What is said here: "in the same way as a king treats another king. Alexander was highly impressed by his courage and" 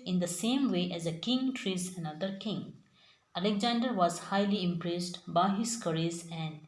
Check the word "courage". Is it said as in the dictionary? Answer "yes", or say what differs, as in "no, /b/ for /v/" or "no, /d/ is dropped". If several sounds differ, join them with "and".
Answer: no, /z/ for /dʒ/